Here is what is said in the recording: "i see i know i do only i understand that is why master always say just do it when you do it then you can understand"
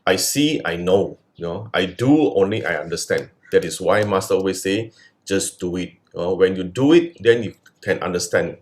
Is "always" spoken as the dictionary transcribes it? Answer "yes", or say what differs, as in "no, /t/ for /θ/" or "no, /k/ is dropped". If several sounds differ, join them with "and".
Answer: no, /l/ is dropped